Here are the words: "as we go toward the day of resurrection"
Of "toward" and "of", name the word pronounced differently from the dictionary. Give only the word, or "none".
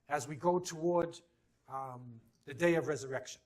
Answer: none